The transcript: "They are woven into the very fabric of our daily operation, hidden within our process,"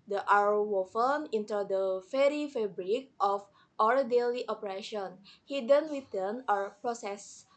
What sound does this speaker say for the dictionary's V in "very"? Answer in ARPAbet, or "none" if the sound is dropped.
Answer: F